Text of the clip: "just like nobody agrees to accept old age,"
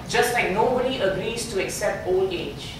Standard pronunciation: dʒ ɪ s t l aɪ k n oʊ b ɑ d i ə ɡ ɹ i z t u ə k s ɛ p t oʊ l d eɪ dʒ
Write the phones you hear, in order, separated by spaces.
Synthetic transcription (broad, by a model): dʒ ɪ s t l aɪ k n oʊ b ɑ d i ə ɡ ɹ i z t u ə k s ɛ p t oʊ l eɪ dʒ